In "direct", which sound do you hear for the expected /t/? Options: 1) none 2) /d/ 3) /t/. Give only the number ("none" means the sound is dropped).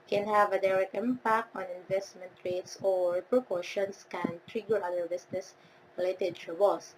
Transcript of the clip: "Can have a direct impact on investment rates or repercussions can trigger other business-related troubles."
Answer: 3